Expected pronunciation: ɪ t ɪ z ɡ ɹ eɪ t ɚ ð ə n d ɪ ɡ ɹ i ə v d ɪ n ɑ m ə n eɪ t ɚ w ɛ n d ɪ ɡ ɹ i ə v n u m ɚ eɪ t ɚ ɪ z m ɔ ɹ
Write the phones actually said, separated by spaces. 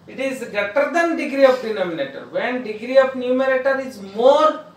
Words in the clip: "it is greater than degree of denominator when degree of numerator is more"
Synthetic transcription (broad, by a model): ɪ t ɪ z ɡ eɪ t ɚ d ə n d ɪ ɡ ɹ i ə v d ɪ n ɑ m ə n eɪ t ɚ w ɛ n d ɪ ɡ ɹ i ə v n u m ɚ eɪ t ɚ ɪ z m ɔ ɹ